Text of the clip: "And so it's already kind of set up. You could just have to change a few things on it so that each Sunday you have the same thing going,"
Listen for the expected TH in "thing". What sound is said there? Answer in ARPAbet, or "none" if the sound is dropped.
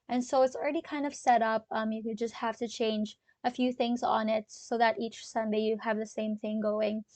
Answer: TH